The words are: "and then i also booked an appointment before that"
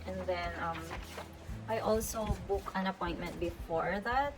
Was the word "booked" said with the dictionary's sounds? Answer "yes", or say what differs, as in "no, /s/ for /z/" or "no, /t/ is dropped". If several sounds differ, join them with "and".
no, /t/ is dropped